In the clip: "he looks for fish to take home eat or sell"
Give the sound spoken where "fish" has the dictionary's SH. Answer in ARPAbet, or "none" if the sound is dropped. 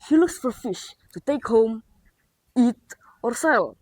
SH